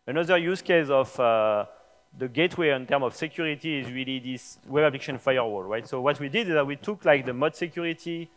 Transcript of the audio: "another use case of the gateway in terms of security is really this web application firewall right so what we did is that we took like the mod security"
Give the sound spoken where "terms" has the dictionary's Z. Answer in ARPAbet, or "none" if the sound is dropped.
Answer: none